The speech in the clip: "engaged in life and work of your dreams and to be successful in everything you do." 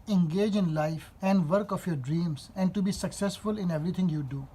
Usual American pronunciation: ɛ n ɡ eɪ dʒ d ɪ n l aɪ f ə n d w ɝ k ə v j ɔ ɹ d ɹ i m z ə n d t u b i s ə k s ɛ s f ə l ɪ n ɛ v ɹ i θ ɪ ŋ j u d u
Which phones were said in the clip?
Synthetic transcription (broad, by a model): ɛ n ɡ eɪ dʒ ɪ n l aɪ f ə n d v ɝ k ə f j ɔ ɹ d ɹ i m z ə n d t u b i s ə k s ɛ s f ə l ɪ n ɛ v ɹ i t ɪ ŋ j u d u